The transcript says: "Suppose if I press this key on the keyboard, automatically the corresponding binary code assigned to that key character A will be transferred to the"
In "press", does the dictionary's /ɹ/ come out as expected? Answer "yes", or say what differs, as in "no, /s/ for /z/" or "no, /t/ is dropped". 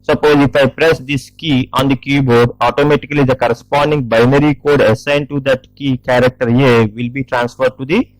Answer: yes